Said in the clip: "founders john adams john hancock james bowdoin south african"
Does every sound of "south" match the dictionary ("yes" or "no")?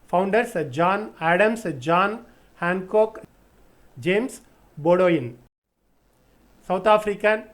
no